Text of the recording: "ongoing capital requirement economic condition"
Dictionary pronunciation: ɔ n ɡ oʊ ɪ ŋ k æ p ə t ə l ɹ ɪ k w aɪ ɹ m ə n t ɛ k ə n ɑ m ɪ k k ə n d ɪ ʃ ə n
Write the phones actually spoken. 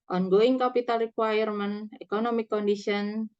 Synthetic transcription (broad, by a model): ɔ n ɡ oʊ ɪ ŋ k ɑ p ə t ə l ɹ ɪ k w aɪ ɹ m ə n ɛ k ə n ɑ m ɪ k k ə n d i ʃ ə n